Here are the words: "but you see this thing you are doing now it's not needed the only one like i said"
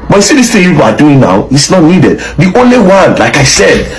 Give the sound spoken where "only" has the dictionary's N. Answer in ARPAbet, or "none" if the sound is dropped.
N